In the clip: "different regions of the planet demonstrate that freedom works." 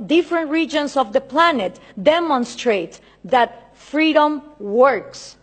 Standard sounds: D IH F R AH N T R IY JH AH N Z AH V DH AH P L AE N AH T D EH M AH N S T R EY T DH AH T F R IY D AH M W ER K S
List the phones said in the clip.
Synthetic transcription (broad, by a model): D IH F R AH N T R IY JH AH N S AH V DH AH P L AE N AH T D EH M AH N S T R EY T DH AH T F R IY D AH M W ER K S